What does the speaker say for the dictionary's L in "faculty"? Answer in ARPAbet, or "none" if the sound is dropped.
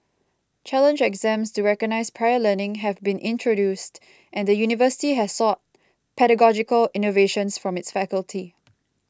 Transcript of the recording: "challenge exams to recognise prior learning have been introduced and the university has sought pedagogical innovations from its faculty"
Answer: L